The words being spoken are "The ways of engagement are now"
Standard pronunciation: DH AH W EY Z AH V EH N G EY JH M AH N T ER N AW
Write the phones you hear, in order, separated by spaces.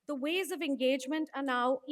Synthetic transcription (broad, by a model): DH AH W EY Z AH V EH N G EY JH M AH N T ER N AW